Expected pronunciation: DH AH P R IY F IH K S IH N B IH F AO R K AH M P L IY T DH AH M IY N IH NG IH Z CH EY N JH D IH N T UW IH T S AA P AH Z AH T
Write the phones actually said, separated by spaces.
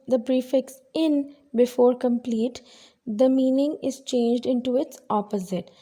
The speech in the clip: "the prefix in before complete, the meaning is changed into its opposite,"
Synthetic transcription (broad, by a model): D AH B R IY F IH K S IH N B IH F AO R K AH M P L IY T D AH M IY N IH NG IH Z CH EY N JH D IH N T UW IH T S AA P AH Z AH T